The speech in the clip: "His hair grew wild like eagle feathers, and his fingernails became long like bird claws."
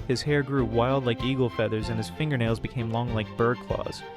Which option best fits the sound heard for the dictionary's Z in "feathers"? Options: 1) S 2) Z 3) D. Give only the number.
2